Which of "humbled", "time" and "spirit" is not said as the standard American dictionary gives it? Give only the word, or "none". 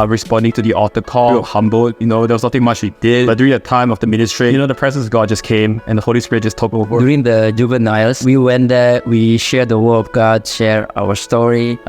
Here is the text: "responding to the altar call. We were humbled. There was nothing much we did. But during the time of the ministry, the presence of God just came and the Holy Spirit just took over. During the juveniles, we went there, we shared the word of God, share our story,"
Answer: humbled